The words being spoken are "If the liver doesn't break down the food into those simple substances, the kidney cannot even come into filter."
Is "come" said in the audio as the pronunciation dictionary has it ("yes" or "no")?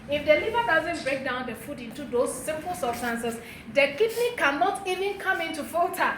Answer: yes